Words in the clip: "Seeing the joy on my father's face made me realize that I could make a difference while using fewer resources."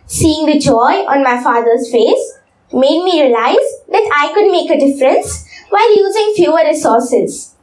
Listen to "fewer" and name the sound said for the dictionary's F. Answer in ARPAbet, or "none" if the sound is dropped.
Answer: F